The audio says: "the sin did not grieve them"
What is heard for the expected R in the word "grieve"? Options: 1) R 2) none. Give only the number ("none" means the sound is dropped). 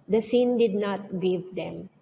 2